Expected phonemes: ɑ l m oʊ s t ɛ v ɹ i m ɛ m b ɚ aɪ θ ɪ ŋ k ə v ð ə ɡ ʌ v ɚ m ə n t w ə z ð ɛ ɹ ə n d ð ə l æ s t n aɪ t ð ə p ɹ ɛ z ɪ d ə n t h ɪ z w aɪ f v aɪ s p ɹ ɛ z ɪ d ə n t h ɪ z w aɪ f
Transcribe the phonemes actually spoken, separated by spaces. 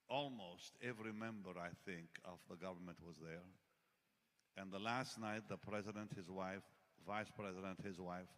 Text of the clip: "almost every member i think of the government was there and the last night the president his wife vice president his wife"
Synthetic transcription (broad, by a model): ɑ l m oʊ s t ɛ v ɹ i m ɛ m b ɚ aɪ θ ɪ ŋ k ə v ð ə ɡ ʌ v ɚ m ə n t w ə z ð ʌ ɹ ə n ð ə l æ s t n aɪ t ð ə p ɹ ɛ z ɪ d ə n t h ɪ z w aɪ f v aɪ s p ɹ ɛ z ɪ d ə n t h ɪ z w aɪ f